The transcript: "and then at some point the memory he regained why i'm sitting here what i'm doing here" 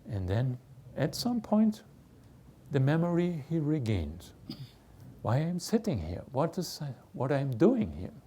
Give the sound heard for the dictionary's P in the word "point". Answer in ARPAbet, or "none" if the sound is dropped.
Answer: P